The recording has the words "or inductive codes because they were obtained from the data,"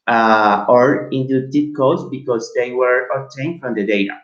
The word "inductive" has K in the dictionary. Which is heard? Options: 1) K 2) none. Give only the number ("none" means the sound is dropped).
2